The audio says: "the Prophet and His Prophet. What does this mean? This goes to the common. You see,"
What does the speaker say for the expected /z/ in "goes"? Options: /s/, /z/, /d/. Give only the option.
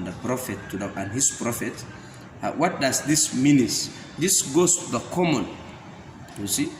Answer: /s/